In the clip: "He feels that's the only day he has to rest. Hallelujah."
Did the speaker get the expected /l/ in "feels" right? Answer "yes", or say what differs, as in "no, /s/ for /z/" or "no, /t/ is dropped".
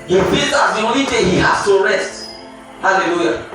no, /l/ is dropped